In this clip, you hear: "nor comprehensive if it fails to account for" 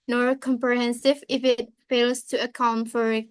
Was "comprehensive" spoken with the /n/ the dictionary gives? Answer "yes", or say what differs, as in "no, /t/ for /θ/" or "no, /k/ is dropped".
yes